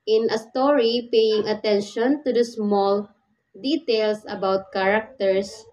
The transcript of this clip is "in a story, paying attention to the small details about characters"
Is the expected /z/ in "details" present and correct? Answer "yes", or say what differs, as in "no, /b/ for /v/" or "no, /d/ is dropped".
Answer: no, /s/ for /z/